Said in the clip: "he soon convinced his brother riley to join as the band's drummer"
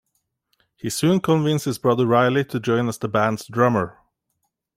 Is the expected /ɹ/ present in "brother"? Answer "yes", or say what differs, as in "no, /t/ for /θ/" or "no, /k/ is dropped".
yes